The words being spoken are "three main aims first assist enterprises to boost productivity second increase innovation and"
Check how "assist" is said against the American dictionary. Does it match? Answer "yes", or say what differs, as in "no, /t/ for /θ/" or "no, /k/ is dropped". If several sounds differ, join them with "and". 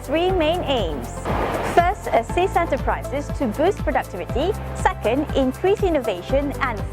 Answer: no, /t/ is dropped